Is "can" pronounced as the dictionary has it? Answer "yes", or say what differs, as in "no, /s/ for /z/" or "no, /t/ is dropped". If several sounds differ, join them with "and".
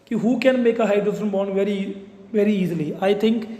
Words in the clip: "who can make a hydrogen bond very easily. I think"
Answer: yes